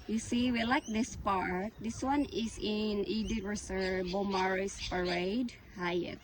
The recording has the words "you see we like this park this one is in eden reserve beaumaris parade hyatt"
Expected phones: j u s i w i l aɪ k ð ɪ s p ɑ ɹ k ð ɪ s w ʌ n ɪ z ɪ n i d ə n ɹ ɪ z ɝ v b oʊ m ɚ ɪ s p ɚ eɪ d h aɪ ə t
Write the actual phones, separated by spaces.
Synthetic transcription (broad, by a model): j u s i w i l aɪ k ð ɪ s p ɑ ɹ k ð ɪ s w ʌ n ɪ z ɪ n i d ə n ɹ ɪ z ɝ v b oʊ m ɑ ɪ s p ɚ eɪ d h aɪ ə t